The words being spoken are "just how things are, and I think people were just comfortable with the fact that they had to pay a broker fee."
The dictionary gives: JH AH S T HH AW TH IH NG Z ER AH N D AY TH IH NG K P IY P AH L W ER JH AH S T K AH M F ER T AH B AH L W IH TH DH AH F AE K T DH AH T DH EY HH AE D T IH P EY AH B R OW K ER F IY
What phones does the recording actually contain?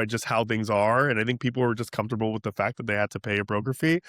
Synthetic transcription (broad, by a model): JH AH S T HH AW TH IH NG Z ER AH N AY TH IH NG K P IY P L W ER JH AH S K AH M F T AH B L W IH DH AH F AE K DH AH T DH EY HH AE D T IH P EY AH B R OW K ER F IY